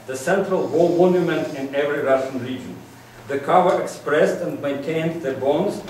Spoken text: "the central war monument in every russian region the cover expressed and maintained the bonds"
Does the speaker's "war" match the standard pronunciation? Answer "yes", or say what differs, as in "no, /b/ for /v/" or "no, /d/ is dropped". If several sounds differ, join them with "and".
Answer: no, /l/ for /ɹ/